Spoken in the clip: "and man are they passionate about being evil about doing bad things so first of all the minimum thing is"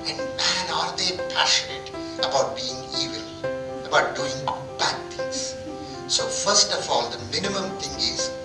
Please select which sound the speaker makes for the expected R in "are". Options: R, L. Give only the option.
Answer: R